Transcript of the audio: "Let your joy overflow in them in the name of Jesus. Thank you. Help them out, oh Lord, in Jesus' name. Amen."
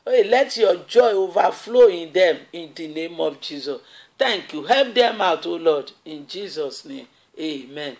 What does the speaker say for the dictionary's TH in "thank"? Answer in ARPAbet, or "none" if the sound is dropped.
T